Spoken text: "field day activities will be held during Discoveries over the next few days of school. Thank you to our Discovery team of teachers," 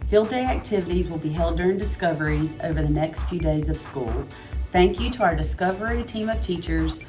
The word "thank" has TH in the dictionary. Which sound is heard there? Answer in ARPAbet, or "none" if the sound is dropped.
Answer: TH